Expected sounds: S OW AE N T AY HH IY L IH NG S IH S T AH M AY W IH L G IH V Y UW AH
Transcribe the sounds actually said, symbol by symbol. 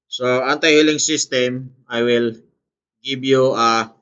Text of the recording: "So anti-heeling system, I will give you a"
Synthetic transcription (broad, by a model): S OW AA N T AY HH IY L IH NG S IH S T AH M AY W IH L G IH B Y UW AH